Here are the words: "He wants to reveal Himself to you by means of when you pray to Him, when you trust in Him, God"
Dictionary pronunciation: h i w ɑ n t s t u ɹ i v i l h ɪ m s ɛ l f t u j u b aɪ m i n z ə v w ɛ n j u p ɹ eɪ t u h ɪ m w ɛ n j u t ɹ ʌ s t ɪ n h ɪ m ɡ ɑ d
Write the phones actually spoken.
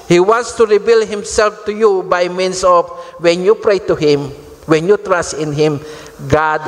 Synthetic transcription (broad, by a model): h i w ɑ n t s t u ɹ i b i l h ɪ m s ɛ l f t u j u b aɪ m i n s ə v w ɛ n j u p ɹ eɪ t u h ɪ m w ɛ n j u t ɹ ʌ s t ɪ n h ɪ m ɡ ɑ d